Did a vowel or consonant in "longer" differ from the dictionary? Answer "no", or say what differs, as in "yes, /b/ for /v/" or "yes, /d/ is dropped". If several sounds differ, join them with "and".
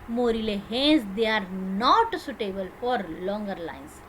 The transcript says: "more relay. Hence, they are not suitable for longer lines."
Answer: no